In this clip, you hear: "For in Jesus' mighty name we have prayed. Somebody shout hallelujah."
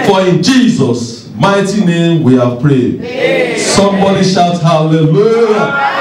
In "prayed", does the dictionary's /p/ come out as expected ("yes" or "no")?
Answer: yes